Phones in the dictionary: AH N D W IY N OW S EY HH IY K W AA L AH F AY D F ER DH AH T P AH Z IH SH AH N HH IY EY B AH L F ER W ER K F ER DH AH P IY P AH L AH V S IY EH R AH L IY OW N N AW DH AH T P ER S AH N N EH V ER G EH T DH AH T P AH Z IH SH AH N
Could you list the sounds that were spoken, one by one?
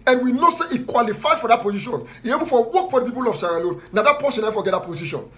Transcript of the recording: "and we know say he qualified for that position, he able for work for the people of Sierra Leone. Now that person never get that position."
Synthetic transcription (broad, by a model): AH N W IY N OW S EY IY K W AA L AH F AY D F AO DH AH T P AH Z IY SH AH N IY EY B AH L F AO W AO K F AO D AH P IY P AH L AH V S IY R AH L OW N N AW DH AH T P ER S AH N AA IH F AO G EH T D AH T P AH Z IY SH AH N